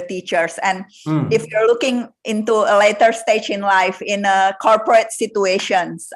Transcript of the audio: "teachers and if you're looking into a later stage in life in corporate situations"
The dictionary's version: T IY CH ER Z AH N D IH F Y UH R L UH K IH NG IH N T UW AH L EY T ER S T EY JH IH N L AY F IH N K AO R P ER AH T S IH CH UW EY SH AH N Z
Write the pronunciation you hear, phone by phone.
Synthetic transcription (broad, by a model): T IY CH ER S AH N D IH F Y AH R L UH K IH NG IH N T UW AH L EY T ER S T EY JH IH N L AY F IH N K AO R P ER AH T S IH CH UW EY SH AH N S